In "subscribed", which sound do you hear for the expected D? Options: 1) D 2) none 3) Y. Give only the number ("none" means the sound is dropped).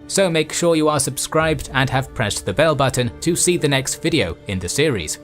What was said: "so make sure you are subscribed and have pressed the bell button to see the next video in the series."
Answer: 1